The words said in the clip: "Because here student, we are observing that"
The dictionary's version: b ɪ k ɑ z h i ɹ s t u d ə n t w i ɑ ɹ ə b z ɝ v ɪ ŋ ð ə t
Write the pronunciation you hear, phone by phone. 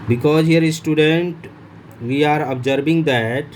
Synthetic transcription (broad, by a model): b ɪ k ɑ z h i ɹ s t u d ə n t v i ɑ ɹ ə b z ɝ b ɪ ŋ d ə t